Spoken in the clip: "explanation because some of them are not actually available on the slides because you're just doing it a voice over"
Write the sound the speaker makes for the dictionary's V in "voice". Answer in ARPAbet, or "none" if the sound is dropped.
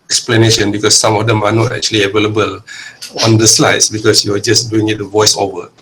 V